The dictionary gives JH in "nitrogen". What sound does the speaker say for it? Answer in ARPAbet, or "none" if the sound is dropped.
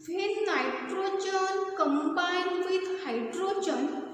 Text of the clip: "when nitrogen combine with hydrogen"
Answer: CH